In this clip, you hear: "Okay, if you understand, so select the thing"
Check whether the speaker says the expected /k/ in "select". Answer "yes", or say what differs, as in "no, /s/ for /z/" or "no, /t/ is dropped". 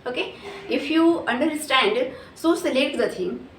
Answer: no, /k/ is dropped